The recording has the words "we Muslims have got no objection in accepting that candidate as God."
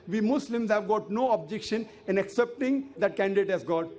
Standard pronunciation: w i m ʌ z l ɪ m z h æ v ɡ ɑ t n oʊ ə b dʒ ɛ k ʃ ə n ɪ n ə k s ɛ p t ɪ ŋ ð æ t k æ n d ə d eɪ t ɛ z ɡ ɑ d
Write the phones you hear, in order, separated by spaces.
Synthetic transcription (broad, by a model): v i m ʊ s l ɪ m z h æ v ɡ ɑ t n oʊ ə b dʒ ɛ k ʃ ə n ɪ n ə k s ɛ p t ɪ ŋ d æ t k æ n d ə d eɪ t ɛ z ɡ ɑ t